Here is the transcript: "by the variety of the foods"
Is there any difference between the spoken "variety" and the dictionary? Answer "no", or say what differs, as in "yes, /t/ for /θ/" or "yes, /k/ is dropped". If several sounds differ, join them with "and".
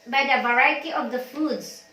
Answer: no